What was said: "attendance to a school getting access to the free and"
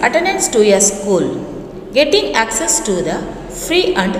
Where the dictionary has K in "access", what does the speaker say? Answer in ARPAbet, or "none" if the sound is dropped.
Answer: K